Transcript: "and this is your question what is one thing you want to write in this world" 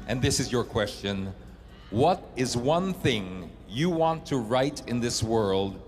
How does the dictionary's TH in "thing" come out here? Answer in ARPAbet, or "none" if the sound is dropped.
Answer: TH